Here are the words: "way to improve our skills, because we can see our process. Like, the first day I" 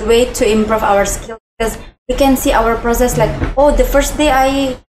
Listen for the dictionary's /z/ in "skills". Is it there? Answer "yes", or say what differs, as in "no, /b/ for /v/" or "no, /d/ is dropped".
no, /z/ is dropped